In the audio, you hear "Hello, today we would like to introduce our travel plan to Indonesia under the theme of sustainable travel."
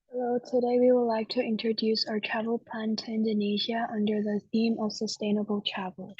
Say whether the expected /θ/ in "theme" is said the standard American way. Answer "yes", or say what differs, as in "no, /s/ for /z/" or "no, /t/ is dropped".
yes